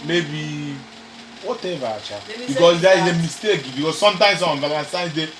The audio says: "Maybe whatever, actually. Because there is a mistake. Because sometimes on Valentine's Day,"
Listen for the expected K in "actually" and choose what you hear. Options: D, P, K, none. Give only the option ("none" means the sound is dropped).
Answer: none